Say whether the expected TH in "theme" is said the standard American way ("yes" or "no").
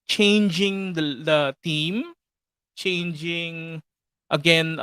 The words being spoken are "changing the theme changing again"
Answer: no